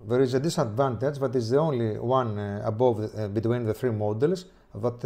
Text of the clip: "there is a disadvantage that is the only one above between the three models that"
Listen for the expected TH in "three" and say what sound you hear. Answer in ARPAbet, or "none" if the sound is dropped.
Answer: TH